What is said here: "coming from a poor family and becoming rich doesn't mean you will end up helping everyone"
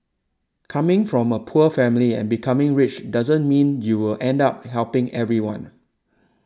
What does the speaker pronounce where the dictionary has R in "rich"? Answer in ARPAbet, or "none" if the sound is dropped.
R